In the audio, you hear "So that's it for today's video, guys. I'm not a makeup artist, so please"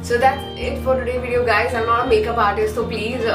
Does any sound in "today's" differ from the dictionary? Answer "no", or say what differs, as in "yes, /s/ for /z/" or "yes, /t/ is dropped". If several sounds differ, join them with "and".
yes, /z/ is dropped